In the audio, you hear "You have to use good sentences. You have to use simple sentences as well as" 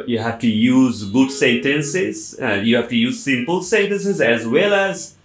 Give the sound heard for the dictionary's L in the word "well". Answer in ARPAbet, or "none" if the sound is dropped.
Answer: L